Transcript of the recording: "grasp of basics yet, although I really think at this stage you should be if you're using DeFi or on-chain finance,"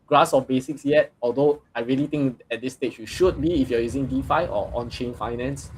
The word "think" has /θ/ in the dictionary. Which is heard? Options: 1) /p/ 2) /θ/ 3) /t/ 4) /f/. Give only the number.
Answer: 3